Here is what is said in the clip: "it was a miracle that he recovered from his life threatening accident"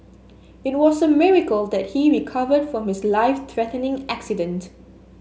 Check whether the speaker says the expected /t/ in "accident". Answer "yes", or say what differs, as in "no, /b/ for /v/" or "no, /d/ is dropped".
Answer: yes